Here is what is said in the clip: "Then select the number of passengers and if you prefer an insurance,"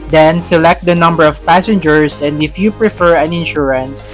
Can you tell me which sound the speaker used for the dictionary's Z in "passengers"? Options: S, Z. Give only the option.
S